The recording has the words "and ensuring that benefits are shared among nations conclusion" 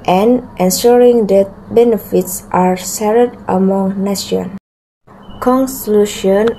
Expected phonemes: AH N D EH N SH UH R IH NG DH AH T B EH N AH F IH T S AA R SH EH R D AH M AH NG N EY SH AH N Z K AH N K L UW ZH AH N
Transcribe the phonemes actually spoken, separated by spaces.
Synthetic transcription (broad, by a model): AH N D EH N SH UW R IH NG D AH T B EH N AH F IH T S AA R S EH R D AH M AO NG N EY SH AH N K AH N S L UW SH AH N